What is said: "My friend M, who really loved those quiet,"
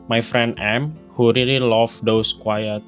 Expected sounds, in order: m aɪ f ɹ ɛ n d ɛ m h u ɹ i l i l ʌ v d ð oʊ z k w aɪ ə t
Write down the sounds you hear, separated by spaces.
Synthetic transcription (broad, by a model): m aɪ f ɹ ɛ n d ɛ m h u ɹ i l i l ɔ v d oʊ s k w aɪ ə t